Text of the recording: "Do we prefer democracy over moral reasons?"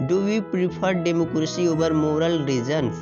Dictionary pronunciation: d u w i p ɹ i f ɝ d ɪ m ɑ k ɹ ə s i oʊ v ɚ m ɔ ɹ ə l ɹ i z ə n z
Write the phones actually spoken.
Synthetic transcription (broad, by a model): d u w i p ɹ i p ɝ d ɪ m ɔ k ɹ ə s i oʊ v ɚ m ɔ ɹ ə l ɹ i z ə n